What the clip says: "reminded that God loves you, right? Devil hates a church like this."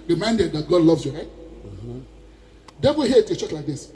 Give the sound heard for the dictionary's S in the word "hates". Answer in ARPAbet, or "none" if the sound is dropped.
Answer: none